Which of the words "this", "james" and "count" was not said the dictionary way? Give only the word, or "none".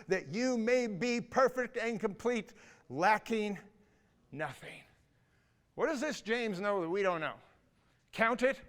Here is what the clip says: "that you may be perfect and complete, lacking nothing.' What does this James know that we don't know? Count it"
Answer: none